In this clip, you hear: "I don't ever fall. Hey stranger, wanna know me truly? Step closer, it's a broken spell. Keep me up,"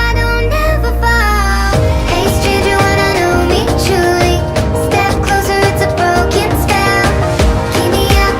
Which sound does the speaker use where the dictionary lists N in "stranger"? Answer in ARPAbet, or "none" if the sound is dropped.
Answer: none